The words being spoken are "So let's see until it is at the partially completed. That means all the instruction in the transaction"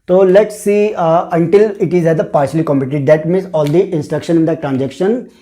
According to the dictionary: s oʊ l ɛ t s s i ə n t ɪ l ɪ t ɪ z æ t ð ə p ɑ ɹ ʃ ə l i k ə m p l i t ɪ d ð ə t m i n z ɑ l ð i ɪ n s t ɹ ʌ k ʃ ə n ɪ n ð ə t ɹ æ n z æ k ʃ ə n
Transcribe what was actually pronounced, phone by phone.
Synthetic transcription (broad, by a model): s oʊ l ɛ t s s i ə n t ɪ l ɪ t ɪ z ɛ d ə p ɑ ɹ ʃ ə l i k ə m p i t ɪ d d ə t m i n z ɑ l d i ɪ n s t ɹ ʌ k ʃ ə n ɪ n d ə t ɹ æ n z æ k ʃ ə n